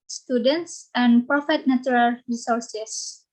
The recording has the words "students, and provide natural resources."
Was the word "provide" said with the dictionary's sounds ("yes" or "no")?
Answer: no